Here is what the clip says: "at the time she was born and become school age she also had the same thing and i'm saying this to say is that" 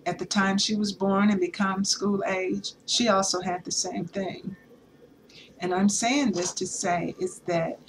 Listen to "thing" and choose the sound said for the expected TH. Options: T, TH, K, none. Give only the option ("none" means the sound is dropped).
TH